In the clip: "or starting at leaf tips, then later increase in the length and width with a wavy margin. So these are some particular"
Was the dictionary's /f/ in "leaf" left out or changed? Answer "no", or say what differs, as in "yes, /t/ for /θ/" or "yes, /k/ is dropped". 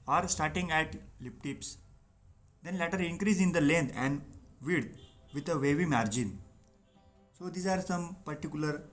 yes, /p/ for /f/